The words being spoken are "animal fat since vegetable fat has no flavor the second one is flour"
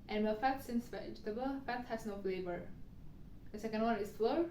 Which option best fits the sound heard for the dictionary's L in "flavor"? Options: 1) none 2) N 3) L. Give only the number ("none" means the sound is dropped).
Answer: 3